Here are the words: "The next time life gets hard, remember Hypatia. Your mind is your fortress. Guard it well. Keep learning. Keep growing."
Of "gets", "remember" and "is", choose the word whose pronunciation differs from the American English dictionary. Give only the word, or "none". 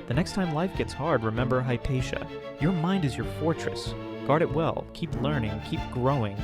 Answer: none